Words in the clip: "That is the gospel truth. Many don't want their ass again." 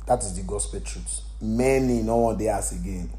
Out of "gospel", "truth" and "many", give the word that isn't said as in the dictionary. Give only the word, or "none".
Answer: truth